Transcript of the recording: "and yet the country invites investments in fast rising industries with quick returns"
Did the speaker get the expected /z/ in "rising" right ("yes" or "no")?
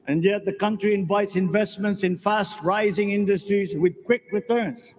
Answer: yes